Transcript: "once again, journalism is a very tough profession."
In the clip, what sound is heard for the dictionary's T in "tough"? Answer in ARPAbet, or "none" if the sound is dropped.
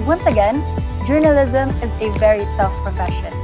S